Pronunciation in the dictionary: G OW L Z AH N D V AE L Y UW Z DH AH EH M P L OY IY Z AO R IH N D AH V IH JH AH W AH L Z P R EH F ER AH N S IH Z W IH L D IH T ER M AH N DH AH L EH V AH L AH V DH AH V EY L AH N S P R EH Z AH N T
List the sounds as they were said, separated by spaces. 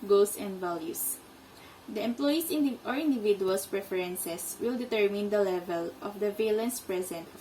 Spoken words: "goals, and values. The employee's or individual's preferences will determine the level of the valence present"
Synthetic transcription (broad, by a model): G OW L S AH N D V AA L Y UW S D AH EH M P L OY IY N AO R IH N D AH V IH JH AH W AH L S P R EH F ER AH N S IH S W IH L D IH T ER M AH N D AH L EH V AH L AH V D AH V EY L AH N S P R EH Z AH N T